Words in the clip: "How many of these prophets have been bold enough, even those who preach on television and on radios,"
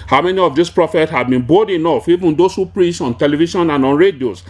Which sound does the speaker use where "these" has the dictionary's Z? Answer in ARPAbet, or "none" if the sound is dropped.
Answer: S